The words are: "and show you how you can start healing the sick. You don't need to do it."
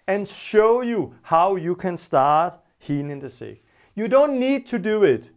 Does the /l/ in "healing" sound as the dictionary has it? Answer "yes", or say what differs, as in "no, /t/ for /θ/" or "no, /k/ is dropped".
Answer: no, /n/ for /l/